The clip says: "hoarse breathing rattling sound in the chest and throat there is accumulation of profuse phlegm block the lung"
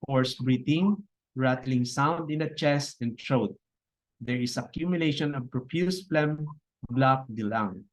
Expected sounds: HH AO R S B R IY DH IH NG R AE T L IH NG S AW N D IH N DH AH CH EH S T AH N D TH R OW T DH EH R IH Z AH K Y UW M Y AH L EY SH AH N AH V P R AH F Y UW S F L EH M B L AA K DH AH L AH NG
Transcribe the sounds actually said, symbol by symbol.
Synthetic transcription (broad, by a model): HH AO R S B R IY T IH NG R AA T L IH NG S AW N D IH N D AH CH EH S T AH N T R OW T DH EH R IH S AH K Y UW M Y AH L EY SH AH N AH V P R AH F Y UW S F L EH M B L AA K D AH L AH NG